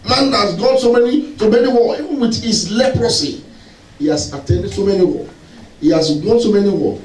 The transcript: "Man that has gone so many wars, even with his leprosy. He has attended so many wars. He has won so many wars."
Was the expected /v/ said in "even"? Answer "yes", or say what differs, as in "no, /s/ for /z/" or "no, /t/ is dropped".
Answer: no, /w/ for /v/